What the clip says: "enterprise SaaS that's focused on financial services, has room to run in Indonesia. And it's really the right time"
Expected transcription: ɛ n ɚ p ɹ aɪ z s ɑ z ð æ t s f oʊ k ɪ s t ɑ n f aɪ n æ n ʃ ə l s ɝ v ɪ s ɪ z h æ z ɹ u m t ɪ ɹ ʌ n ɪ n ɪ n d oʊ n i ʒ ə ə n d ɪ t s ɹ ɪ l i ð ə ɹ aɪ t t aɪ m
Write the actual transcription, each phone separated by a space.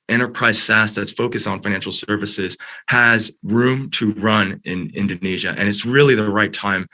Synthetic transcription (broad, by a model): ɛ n ɚ p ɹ aɪ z s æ s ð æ t s f oʊ k ɪ s t n f aɪ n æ n ʃ l s ɝ v ɪ s ɪ z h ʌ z ɹ u m t ɪ ɹ ʌ n ɪ n ɪ n d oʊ n i ʒ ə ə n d ɪ t s ɹ ɪ l i ð ə ɹ aɪ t t aɪ m